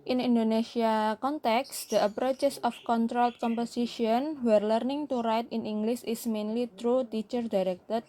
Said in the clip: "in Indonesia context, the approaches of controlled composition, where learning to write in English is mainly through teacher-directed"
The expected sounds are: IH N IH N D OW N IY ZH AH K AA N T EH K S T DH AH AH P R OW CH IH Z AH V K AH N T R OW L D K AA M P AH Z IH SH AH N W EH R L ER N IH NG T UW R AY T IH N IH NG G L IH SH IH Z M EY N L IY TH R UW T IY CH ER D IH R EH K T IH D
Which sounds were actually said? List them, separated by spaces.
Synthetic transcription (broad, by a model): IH N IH N D OW N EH S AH K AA N T EH K S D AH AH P R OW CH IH S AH F K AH N T R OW L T K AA M P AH S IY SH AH N W EH R L ER N IH NG T UW R AY T IH N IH NG G L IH S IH S M EY N L IY T R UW T IY CH ER D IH R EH K T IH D